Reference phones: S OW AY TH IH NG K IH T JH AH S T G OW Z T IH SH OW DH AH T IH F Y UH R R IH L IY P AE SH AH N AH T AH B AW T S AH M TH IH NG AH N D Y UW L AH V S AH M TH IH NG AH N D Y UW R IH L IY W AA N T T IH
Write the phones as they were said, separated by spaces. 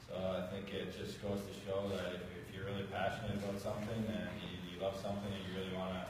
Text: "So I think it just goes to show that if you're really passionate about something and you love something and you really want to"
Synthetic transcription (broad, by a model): S OW AY TH IH NG K IH T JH AH S G OW Z T IH SH OW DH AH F IH F Y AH R R IH L IY P AE SH AH N AH T AH B AW T S AH M TH IH NG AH N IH Y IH L AH V S AH M TH IH NG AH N Y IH R IH L IY W AA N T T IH